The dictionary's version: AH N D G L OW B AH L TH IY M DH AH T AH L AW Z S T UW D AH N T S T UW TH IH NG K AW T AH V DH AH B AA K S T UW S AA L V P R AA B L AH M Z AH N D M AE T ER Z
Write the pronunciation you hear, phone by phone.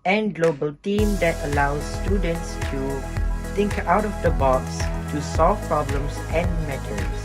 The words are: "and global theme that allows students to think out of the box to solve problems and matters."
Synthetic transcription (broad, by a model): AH N G L OW B AH L T IY M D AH T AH L AW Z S T UW D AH N T S T UW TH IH NG K AW T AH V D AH B AA K S T UW S AA L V P R AA B L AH M S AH N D M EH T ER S